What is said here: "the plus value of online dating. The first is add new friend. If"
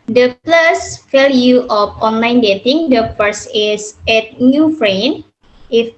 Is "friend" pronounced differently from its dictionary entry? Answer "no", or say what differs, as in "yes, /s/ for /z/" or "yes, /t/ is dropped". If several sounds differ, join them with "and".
yes, /d/ is dropped